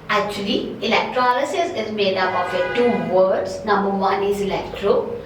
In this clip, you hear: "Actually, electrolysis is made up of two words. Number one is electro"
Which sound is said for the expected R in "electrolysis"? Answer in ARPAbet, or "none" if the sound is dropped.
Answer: R